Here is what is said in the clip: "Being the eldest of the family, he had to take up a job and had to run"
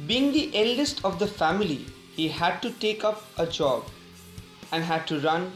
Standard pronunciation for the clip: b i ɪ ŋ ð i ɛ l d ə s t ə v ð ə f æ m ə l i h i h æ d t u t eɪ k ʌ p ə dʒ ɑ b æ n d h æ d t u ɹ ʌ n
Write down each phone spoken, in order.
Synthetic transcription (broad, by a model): b i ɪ ŋ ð i ɛ l d ə s t ə v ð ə f æ m ə l i h i h æ d t u t eɪ k ʌ p ə dʒ ɑ b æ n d h æ d t u ɹ ʌ n